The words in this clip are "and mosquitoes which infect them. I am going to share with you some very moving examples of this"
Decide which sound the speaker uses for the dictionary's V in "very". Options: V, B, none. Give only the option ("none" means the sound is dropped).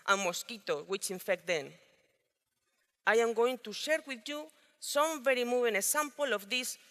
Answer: V